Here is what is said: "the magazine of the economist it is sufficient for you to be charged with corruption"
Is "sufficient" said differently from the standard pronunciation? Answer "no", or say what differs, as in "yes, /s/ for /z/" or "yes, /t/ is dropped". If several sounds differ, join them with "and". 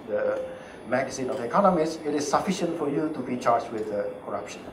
no